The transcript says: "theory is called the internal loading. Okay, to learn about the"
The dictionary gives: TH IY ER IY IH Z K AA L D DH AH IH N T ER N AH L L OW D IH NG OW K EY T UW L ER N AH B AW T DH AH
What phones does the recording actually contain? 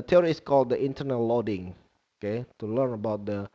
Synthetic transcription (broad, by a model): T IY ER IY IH S K AA L D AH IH N T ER N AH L L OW D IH NG OW K EY T UW L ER N AH B AW T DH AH